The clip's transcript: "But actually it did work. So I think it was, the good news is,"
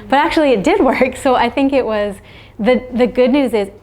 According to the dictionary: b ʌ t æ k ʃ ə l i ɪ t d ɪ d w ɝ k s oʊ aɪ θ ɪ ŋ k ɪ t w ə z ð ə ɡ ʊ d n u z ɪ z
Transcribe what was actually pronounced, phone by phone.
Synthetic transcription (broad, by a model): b ʌ t æ k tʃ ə l i ɪ t d ɪ d w ɝ k s oʊ aɪ θ ɪ ŋ k ɪ t w ə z ð ə ɡ ʊ d n u z ɪ z